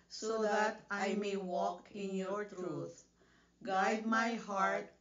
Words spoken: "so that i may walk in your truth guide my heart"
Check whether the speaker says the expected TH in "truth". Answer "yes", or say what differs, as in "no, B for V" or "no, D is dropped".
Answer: no, T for TH